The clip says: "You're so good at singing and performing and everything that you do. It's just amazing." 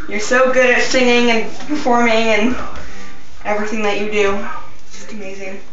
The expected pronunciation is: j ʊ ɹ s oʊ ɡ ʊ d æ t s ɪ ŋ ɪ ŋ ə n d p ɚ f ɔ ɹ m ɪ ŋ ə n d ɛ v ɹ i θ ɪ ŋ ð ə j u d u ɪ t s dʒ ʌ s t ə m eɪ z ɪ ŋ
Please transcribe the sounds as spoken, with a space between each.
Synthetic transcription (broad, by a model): j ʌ ɹ s oʊ ɡ ʊ d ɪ t s ɪ ŋ ɪ ŋ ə n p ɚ f ɔ ɹ m ɪ ŋ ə n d ɛ v ɹ i θ ɪ ŋ ð ə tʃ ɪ d u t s dʒ ʌ s t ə m eɪ z ɪ ŋ